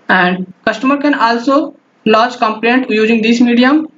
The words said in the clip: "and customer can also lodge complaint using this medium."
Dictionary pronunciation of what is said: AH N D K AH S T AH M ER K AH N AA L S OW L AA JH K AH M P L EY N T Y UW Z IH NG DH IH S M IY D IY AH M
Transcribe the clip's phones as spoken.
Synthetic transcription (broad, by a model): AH N D K AH S T AH M ER K AH N AA L S OW L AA CH K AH M P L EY N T Y UW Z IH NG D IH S M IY D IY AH M